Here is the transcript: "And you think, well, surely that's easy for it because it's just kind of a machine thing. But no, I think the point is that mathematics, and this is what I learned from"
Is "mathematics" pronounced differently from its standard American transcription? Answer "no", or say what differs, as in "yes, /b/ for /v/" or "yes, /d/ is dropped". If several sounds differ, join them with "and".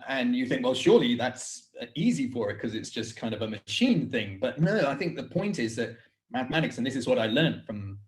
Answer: no